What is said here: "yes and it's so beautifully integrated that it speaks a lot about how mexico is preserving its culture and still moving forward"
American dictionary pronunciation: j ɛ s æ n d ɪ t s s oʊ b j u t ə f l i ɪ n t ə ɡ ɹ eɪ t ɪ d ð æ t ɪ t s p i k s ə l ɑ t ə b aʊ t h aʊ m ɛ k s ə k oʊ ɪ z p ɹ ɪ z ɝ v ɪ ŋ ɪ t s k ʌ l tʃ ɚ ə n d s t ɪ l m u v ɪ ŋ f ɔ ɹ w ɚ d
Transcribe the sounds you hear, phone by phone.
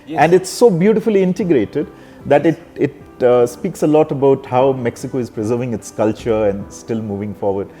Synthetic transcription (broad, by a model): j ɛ æ n d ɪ t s s oʊ b j u t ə f l i ɪ n t ə ɡ ɹ eɪ t ɪ d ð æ t ɪ t s p i k s ə l ɑ t ə b aʊ t h aʊ m ɛ k s ə k oʊ ɪ z p ɹ ɪ z ɝ v ɪ ŋ ɪ t s k ʌ l tʃ ɚ ə n d s t ɪ l m u v ɪ ŋ f ɔ ɹ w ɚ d